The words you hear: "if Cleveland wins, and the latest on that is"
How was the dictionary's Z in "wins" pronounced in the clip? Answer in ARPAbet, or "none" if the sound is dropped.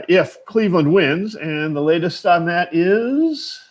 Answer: Z